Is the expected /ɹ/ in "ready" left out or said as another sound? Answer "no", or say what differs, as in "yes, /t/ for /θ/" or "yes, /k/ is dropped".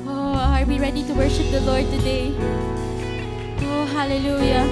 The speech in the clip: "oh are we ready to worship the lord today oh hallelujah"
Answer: no